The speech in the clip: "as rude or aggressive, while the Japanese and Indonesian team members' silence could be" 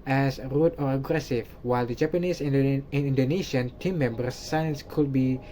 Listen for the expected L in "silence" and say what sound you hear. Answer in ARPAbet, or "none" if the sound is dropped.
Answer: none